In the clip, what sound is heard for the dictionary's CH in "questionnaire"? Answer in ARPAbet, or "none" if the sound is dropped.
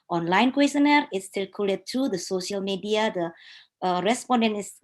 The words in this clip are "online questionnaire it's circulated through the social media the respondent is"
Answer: none